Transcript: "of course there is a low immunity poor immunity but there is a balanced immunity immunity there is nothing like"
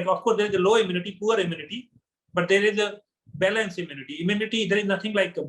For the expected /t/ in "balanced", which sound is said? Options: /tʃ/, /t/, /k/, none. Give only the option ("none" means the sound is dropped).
none